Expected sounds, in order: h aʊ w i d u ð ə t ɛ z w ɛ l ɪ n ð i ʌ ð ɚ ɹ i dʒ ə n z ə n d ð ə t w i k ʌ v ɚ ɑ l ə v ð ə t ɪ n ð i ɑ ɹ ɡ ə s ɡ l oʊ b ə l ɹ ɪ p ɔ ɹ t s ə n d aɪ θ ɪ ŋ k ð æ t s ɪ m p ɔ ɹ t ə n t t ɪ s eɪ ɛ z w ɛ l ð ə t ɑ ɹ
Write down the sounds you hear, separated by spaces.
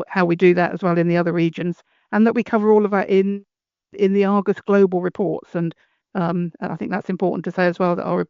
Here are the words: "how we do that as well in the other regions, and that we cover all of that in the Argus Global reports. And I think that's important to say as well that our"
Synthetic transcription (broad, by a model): h aʊ w i d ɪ ð ə t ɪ z w ɛ l ɪ n ð i ʌ ð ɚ ɹ i dʒ ə n z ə n ð ə t w i k ʌ v ɚ ɑ l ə v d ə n ɪ n ð i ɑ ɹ ɡ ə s ɡ l oʊ b ə l ɹ ɪ p ɔ ɹ t s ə n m aɪ θ ɪ ŋ k ð æ t s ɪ m p ɔ ɹ t n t t ɪ s eɪ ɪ z w ɛ l ð ə t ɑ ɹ